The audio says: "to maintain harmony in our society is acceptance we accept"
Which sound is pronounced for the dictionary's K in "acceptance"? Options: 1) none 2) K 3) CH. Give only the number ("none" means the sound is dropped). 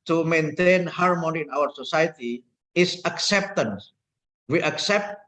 2